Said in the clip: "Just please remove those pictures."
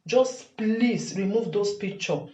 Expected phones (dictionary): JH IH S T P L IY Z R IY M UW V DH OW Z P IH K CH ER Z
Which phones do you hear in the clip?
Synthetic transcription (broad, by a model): JH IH S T P L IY S R IY M UW V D OW S P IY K CH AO